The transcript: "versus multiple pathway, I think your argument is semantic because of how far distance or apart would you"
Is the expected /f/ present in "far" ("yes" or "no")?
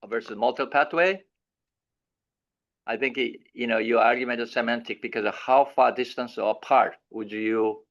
yes